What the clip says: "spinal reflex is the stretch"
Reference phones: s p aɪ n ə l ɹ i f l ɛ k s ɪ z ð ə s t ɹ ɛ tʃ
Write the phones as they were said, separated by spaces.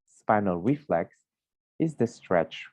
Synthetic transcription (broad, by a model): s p aɪ n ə l ɹ i f l ɛ k s ɪ z ð ə s t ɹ ɛ tʃ